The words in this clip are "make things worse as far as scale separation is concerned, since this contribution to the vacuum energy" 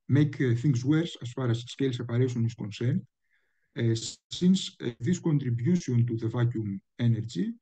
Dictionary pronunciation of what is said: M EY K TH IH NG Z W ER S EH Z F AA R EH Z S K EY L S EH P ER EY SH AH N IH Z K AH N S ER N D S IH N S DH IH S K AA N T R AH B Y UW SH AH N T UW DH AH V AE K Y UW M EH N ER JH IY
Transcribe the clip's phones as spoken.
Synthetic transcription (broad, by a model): M EY K TH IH NG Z W ER S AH S F AA R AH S S K EY L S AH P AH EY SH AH N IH S K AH N S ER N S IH N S DH IH S K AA N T R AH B Y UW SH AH N T UW DH AH V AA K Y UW M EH N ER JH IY